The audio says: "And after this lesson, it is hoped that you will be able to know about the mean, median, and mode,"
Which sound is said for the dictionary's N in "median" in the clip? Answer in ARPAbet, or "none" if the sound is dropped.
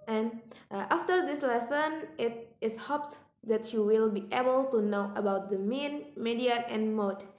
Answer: none